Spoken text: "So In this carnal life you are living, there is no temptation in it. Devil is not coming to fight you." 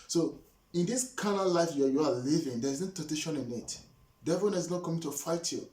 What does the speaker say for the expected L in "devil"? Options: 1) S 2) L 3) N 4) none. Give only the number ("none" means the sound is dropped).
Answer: 3